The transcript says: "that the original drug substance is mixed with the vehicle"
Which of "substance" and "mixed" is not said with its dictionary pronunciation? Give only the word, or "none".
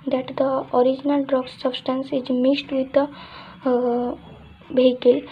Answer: mixed